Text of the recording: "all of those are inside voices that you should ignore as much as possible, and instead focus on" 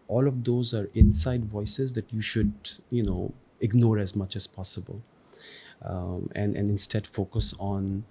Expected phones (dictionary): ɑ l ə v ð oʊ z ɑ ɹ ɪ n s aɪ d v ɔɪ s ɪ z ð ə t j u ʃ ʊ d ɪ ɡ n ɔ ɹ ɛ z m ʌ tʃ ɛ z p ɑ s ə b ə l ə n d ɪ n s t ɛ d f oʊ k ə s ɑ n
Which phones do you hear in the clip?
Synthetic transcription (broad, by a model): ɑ l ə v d oʊ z ɑ ɹ ɪ n s aɪ d v ɔɪ s ɪ z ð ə t j u ʃ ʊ d ɪ ɡ n ɔ ɹ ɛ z m ʌ tʃ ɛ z p ɑ s ə b ə l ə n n ɪ n s t ɛ d f oʊ k ə s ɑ n